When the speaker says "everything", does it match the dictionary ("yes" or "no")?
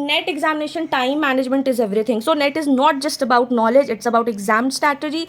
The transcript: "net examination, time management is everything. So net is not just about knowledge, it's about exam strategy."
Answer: no